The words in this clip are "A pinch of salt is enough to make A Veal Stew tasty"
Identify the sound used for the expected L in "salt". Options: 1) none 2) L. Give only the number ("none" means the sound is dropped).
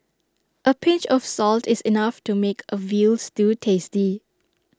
2